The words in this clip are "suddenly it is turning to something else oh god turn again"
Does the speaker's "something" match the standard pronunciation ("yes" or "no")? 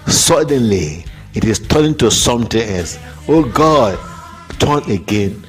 no